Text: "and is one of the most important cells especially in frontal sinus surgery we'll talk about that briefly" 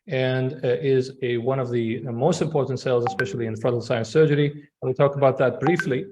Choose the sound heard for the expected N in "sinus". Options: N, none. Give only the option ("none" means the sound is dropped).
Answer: none